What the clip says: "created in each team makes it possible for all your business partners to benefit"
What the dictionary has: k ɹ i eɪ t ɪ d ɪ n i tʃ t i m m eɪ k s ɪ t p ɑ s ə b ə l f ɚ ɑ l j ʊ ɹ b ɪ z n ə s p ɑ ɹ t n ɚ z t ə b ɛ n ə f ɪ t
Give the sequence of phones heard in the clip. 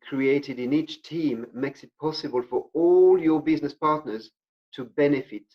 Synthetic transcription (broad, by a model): k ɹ i eɪ t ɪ d ɪ n i tʃ t i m m eɪ k s ɪ t p ɑ s ə b ə l f ɚ ɑ l j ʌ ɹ b ɪ z n ə s p ɑ ɹ t n ɚ z t ə b ɛ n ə f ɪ t